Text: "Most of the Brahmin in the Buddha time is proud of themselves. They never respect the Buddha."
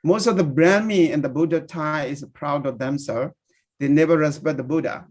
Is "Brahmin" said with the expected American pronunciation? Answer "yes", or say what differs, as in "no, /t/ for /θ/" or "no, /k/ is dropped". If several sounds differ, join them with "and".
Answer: no, /n/ is dropped